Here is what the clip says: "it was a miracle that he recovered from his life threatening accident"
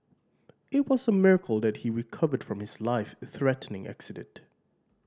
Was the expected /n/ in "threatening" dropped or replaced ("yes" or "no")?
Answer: no